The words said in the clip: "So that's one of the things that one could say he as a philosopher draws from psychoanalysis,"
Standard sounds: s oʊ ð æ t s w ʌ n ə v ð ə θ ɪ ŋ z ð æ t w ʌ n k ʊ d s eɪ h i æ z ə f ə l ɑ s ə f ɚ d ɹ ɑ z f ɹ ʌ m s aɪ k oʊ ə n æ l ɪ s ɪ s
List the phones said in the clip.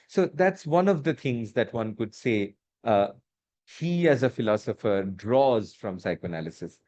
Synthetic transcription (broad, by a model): s oʊ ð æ t s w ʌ n ə v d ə t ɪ ŋ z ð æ t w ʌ n k ʊ d s eɪ h i æ z ə f ə l ɑ s ə f ɚ d ɹ ɑ z f ɹ ʌ m s aɪ k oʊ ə n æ l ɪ s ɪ s